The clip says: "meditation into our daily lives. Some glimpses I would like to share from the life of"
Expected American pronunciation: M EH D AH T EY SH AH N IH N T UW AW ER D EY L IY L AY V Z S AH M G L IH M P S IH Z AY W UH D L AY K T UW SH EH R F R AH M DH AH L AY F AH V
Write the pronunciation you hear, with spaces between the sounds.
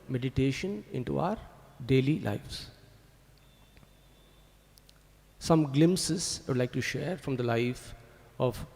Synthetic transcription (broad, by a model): M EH D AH T EY SH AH N IH N T UW AW ER D EY L IY L AY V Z S AH M G L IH M S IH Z AY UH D L AY K T UW SH EH R F R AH M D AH L AY F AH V